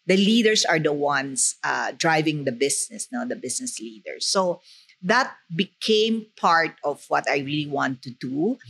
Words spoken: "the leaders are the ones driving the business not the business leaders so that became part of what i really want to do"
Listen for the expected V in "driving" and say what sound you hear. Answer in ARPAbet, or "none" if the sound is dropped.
V